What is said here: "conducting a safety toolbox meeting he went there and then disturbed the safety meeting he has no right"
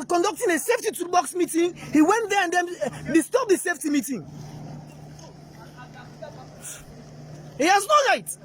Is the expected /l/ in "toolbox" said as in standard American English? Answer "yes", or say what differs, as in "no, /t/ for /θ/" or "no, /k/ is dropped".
no, /l/ is dropped